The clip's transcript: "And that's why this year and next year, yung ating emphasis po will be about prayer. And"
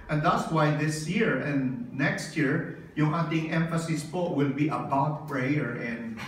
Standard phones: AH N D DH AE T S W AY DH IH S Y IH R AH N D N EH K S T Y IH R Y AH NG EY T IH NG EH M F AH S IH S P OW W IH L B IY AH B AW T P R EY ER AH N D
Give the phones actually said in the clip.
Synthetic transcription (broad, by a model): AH N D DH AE T S W AY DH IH S Y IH R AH N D N EH K S T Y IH R Y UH NG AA T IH NG EH M F AH S IH S P OW W IH L B IY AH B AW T P R EY ER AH N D